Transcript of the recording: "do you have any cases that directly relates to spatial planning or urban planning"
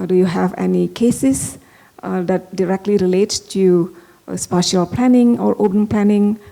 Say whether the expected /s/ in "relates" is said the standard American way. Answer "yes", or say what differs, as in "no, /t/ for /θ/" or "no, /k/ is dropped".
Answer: no, /s/ is dropped